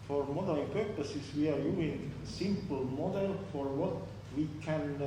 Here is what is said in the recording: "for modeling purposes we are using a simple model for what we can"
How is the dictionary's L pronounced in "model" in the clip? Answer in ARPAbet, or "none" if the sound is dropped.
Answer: L